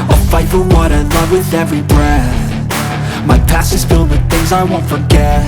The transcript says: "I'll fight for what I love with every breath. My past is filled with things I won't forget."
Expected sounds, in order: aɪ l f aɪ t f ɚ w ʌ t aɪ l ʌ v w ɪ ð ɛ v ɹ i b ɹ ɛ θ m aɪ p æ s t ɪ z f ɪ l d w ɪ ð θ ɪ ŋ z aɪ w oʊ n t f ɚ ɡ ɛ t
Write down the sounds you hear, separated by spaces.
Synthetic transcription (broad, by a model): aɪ f aɪ t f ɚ w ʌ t aɪ l ʌ v w ɪ ð ɛ v ɹ i b ɹ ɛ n m aɪ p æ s ɪ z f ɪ l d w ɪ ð θ ɪ ŋ z aɪ w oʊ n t f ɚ ɡ ɛ t